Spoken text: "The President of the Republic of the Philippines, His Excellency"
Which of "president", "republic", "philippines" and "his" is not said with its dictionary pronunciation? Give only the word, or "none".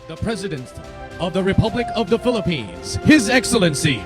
none